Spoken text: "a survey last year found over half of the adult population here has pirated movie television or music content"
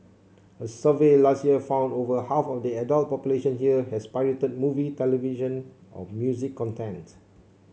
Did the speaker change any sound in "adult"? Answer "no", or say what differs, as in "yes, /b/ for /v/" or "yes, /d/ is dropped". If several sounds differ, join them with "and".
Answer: no